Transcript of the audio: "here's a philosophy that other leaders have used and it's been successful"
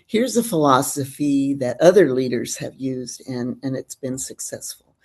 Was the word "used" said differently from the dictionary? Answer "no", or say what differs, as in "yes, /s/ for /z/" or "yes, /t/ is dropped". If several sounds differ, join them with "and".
no